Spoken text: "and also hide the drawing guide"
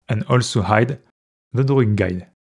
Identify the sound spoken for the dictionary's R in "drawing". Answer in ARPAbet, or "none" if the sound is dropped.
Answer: none